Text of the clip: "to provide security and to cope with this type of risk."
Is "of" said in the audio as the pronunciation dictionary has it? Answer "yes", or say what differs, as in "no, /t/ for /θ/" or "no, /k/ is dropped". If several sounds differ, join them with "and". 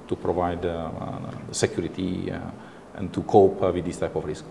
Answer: no, /f/ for /v/